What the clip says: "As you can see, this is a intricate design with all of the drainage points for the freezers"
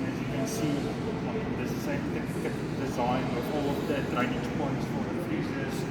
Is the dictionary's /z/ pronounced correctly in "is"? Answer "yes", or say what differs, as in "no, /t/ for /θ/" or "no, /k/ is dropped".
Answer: no, /s/ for /z/